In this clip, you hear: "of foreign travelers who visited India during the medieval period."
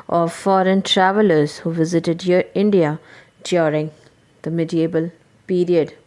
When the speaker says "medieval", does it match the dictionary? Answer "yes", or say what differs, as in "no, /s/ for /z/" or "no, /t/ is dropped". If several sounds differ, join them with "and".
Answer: no, /b/ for /v/